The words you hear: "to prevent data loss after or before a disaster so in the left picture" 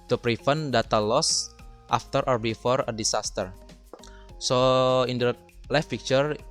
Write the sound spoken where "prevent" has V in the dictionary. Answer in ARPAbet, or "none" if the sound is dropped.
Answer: F